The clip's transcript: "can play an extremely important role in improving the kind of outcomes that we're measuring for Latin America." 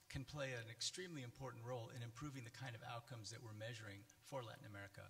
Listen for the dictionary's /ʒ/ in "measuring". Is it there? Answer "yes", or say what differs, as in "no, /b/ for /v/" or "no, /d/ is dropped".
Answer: yes